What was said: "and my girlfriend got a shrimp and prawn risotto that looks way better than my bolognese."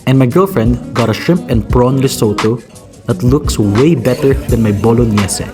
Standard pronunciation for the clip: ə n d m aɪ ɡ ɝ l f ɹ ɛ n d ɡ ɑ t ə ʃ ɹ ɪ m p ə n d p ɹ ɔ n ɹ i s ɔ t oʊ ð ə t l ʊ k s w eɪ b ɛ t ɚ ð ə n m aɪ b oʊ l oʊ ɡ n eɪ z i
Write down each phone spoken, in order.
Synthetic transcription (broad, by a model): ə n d m aɪ ɡ ɝ l f ɹ ɛ n d ɡ ɑ t ə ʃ ɪ m p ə n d p ɹ ɔ n l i s ɔ t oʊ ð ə t l ʊ k s w eɪ b ɛ t ɚ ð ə n m aɪ b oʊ l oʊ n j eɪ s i